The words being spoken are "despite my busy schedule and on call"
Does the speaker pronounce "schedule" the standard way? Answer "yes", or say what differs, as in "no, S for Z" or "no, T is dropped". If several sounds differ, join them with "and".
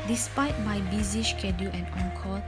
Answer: no, SH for S